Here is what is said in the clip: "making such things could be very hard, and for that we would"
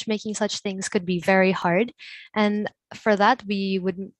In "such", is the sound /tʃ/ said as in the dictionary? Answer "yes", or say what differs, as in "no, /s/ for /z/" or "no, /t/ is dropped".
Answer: yes